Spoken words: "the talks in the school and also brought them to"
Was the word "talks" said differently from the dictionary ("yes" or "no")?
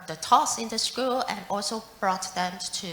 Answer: yes